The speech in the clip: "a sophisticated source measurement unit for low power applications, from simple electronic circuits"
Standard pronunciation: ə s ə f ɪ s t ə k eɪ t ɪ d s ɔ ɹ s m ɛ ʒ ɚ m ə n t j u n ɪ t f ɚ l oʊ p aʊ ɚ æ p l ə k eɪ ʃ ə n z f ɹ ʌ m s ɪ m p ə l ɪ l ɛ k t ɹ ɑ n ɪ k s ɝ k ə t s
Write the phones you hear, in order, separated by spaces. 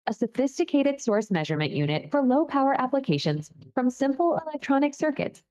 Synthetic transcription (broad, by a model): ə s ə f ɪ s t ə k eɪ t ɪ d s ɔ ɹ s m ɛ ʒ ɚ m ə n t j u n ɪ t f ɚ l oʊ p aʊ ɚ æ p l ə k eɪ ʃ ə n z f ɹ ʌ m s ɪ m p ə l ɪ l ɛ k t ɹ ɑ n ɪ k s ɝ k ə t